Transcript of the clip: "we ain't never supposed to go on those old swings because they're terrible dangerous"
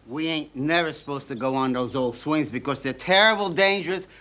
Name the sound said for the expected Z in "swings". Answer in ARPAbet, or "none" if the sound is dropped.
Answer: Z